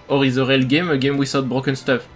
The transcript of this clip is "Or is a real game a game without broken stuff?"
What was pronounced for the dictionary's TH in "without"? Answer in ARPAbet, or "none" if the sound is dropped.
S